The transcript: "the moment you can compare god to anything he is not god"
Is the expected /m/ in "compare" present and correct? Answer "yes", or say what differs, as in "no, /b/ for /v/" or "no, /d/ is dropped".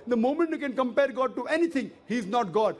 yes